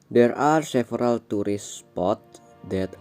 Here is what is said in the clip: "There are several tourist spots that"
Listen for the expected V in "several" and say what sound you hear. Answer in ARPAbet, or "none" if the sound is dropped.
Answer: F